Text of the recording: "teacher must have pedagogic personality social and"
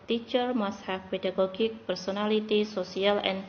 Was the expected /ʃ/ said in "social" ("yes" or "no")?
no